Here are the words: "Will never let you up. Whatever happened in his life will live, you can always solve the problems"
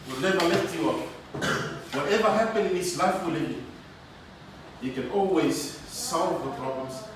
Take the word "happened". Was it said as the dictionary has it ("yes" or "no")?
no